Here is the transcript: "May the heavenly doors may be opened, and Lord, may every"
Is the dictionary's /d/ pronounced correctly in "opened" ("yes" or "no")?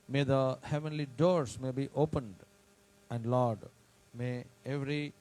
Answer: yes